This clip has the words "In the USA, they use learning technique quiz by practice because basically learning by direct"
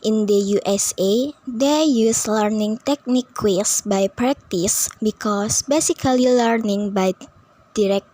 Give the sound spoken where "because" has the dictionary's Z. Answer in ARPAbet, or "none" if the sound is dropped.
S